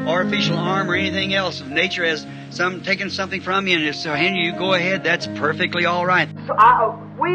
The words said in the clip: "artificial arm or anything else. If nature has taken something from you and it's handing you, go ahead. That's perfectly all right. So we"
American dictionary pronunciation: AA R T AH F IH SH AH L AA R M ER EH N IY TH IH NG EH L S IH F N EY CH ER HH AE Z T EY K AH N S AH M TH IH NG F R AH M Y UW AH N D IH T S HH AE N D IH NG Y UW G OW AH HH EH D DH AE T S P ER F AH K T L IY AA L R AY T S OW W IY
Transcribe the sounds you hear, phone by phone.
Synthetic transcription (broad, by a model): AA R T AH F IH SH L AA R M ER EH N IY TH IH NG EH L S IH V N EY CH ER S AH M T EY K AH N S AH M TH IH NG F R AH M Y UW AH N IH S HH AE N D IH Y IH G OW AH HH EH D DH AE T S P ER F AH K T L IY AA L R AY T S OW W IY